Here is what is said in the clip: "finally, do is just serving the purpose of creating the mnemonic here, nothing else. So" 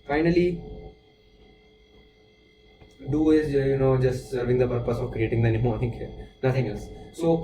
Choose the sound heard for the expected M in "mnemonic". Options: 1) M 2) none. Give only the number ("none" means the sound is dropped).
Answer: 2